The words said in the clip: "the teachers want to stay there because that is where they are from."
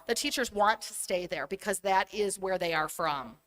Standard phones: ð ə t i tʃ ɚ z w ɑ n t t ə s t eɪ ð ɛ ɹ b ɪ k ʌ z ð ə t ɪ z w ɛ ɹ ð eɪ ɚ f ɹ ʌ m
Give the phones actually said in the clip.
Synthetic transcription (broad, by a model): ð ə t i tʃ ɚ z w ɑ n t t ə s t eɪ ð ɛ ɹ b ɪ k ʌ z ð ə t ɪ z w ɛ ɹ ð eɪ ɚ f ɹ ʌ m